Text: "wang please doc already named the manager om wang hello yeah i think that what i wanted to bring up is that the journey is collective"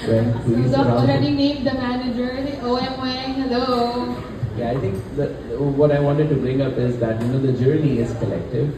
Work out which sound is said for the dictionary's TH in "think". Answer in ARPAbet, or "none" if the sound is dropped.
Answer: T